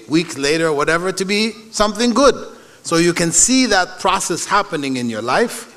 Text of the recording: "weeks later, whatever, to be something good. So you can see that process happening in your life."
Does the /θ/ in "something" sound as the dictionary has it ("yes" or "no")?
yes